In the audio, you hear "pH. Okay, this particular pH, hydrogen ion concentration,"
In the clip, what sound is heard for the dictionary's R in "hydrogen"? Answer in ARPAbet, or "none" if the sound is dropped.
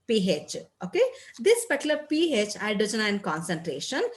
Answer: none